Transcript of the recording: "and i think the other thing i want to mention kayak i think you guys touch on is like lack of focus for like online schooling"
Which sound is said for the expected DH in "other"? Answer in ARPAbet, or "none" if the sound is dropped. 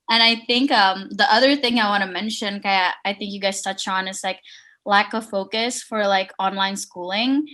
DH